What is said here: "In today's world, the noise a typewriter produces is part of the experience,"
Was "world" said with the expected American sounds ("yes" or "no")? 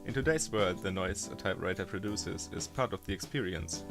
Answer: no